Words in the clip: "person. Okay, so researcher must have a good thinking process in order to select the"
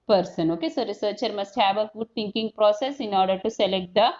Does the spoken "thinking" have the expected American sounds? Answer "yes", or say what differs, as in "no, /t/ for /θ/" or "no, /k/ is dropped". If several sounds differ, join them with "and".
no, /t/ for /θ/